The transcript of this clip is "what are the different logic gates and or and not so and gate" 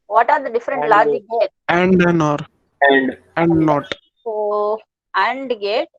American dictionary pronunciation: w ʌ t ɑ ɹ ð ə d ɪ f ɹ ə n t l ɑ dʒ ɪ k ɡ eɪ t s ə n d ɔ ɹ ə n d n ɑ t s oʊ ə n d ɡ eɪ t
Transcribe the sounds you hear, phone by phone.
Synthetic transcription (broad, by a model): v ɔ t ɑ ɹ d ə d ɪ f ɹ ə n t l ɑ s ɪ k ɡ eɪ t ə n d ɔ ɹ ə n d n ɑ t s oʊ ə n d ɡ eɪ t